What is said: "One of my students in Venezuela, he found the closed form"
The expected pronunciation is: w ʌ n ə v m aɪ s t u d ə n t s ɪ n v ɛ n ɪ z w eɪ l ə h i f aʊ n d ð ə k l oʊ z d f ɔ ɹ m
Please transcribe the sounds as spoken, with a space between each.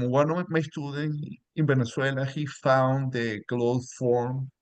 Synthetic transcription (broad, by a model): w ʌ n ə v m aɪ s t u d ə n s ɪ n b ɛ n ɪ s w eɪ l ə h i f aʊ n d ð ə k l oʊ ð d f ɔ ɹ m